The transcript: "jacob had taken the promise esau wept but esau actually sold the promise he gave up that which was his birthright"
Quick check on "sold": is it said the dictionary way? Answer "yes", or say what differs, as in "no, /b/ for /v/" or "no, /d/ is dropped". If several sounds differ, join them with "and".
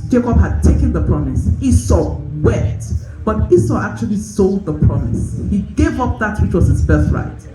yes